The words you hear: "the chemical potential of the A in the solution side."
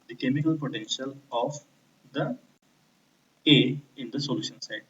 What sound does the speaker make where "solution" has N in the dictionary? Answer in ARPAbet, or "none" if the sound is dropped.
N